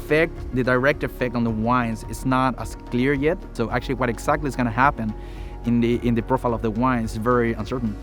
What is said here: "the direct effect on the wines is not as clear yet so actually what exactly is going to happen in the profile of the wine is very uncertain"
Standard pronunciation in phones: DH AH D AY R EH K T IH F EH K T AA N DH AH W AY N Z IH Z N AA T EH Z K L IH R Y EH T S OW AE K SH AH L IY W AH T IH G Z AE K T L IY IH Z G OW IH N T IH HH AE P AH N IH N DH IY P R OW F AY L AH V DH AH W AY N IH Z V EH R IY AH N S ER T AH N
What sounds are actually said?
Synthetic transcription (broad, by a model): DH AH D AY R EH K T IH F EH K T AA N DH AH W AY N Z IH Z N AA T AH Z K L IH R Y EH T S OW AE K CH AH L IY W AH T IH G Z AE K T L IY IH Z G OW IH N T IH HH AE P AH N IH N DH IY P R OW F AY L AH V DH AH W AY N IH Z V EH R IY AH N S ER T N